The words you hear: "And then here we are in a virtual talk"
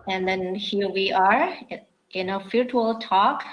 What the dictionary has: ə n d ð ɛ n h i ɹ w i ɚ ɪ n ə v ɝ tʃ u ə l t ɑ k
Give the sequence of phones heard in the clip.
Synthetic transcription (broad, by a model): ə n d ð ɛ n h i ɹ w i ɚ ɪ n ə f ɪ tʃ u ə l t ɑ k